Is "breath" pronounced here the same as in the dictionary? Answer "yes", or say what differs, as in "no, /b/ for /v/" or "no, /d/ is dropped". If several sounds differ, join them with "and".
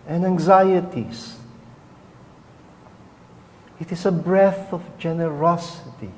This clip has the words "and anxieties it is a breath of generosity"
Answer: yes